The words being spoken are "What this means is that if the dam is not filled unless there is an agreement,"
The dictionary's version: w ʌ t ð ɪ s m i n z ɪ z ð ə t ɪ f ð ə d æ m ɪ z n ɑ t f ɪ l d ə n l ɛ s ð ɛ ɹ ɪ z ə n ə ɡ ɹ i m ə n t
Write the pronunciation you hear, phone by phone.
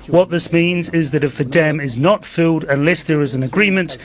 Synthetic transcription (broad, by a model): w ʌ t ð ɪ s m i n z ɪ z ð ə t ɪ f ð ə d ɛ m ɪ z n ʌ t f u d ə n l ɛ s ð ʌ ɹ ɪ z ə n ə ɡ ɹ i m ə n t